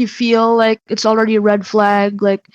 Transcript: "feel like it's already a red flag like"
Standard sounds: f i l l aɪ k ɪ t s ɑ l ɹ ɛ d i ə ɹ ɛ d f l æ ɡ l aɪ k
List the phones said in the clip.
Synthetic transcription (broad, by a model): f i l l aɪ k ɪ t s l ɹ ɛ d i ə ɹ ɛ d f l æ ɡ l aɪ k